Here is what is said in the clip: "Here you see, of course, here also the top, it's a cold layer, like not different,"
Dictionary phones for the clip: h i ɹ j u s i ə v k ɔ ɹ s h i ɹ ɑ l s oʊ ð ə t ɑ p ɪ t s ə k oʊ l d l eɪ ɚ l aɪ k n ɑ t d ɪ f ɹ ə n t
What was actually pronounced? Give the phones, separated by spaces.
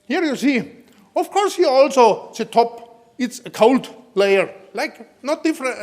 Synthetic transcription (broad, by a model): h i ɹ j u s i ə f k ɔ ɹ s h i ɑ l s oʊ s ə t ɑ p ɪ t s ə k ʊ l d l eɪ ɚ l aɪ k n ɑ t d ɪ f ɹ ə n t